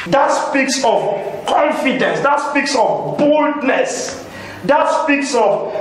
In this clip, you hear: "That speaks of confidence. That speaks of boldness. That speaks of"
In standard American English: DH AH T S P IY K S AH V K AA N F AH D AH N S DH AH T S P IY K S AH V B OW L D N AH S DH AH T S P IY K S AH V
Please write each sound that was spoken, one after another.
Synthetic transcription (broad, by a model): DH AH T S P IY K S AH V K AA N F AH D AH N S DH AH T S P IY K S AH V B OW L D N AH S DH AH T S P IY K S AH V